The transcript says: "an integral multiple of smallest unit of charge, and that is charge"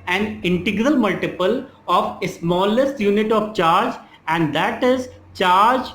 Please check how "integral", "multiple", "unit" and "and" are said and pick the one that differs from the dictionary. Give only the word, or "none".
none